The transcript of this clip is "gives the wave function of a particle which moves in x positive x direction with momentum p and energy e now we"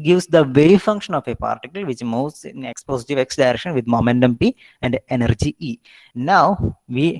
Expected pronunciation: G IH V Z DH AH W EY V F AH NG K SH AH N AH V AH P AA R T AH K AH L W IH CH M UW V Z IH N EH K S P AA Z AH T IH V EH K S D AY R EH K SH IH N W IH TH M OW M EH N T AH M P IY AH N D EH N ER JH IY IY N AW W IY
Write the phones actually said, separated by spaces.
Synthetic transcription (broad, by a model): G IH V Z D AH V EY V F AH NG K SH AH N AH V AH P AA R T AH K AH L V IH CH M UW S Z IH N EH K S P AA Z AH T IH V EH K S D AY R EH K SH IH N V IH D M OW M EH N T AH M P IY AH N D EH N ER JH IY IY N AW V IY